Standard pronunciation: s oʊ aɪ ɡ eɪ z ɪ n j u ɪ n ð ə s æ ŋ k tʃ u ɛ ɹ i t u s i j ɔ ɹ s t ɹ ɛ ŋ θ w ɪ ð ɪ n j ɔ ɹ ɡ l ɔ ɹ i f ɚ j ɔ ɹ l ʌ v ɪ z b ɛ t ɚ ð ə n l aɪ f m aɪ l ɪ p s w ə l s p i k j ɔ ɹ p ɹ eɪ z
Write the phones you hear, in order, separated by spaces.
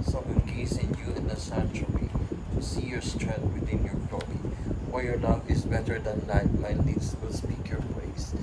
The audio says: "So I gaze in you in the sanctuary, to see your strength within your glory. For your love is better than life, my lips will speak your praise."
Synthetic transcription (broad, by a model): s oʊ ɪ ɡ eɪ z ɪ n j u ɪ n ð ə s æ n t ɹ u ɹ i t u s i j ɔ ɹ s t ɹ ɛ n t w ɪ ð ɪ n j ɔ ɹ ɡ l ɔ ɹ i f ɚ j ɔ ɹ l ʌ v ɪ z b ɛ t ɚ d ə n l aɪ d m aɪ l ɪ s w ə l s p i k j ɔ ɹ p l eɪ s